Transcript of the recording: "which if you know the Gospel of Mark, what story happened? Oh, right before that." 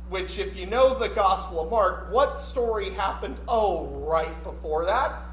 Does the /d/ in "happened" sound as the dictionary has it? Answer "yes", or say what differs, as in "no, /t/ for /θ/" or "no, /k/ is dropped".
yes